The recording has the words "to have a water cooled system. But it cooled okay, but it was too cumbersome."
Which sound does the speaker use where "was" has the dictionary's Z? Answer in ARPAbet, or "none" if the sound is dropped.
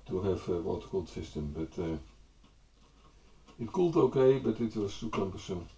S